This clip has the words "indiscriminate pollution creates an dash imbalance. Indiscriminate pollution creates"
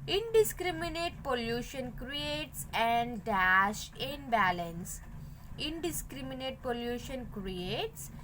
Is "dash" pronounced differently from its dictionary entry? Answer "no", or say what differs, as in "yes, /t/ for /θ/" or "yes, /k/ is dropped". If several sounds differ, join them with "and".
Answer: no